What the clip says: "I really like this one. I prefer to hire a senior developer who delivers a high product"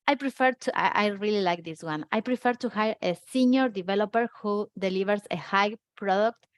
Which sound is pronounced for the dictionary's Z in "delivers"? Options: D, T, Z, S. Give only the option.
S